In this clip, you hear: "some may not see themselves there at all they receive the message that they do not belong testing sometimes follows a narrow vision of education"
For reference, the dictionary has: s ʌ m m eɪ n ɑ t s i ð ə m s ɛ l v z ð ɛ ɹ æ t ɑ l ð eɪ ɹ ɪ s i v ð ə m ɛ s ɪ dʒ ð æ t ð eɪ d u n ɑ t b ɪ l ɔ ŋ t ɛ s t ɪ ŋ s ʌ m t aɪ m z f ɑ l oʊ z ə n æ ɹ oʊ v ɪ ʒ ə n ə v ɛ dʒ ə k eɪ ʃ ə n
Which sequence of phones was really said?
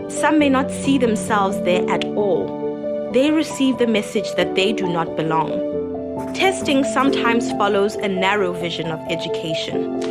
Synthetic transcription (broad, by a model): s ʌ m m eɪ n ɑ t s i ð ə m s ɛ l v z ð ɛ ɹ æ t ɑ l ð eɪ ɹ ɪ s i v ð ə m ɛ s ɪ dʒ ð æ t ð eɪ d u n ɑ t b ɪ l ɔ ŋ t ɛ s t ɪ ŋ s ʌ m t aɪ m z f ɑ l oʊ z ə n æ ɹ oʊ v ɪ ʒ ə n ə v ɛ dʒ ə k eɪ ʃ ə n